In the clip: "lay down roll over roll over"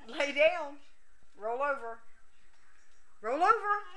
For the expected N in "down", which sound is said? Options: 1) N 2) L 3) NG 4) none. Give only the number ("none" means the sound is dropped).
2